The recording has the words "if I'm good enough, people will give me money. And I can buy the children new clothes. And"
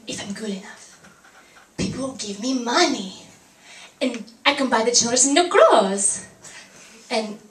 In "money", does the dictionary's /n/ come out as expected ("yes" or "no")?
yes